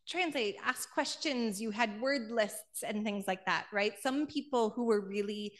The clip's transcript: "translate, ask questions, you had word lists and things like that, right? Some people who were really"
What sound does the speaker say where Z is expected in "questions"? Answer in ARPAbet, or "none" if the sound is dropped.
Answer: Z